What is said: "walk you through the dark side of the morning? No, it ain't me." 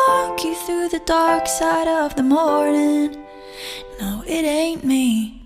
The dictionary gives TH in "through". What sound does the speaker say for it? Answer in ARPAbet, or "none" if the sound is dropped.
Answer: TH